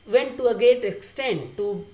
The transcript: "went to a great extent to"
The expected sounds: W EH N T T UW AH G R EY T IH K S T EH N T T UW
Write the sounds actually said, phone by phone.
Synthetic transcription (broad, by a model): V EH N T T UW AH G EY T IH K S T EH N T T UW